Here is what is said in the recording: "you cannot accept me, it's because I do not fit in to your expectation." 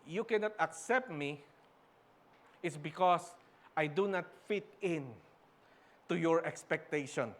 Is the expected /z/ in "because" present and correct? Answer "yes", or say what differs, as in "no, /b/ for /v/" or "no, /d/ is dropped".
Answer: no, /s/ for /z/